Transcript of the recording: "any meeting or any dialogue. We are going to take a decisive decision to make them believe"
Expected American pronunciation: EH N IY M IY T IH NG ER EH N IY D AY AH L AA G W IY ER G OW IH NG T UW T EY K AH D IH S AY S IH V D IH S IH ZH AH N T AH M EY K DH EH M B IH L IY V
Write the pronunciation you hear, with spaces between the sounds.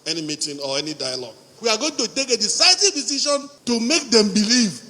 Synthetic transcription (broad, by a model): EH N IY M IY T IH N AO EH N IY D AY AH L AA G W IY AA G OW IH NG T UW T EY K AH D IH S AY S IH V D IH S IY SH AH N T AH M EY K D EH M B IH L IY V